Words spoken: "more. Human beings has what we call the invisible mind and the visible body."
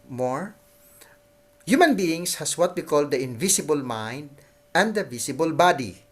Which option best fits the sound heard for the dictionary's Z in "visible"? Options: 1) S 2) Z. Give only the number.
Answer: 1